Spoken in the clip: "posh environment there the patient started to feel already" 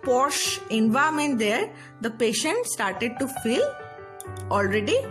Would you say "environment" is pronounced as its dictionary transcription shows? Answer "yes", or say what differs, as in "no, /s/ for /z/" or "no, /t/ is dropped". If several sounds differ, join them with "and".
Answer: no, /ɹ/ is dropped and /n/ is dropped